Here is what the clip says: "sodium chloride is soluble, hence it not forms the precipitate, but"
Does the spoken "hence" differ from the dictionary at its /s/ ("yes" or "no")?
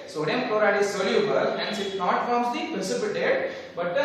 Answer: yes